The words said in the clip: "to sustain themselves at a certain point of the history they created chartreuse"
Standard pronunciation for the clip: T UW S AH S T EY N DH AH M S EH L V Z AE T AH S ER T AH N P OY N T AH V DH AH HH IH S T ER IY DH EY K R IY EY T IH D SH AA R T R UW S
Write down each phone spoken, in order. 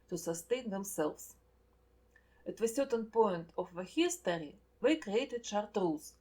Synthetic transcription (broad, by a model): T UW S AH S T EY N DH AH M S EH L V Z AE T AH S ER T AH N P OY N T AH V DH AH HH IH S T ER IY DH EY K R IY EY T IH D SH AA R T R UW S